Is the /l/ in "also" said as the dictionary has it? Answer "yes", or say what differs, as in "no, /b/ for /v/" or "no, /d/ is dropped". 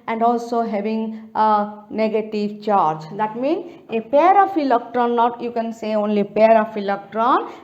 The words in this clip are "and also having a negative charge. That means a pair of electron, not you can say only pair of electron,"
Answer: yes